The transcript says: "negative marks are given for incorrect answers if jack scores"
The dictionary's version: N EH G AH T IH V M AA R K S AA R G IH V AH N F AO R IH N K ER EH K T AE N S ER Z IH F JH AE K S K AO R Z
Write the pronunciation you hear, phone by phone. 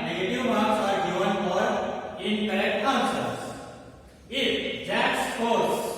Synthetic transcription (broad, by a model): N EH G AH T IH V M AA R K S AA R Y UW AH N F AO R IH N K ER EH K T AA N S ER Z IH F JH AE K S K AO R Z